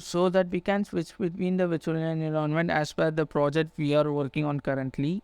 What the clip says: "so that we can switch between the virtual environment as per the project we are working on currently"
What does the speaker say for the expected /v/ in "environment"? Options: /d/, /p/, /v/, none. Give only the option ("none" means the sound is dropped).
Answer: none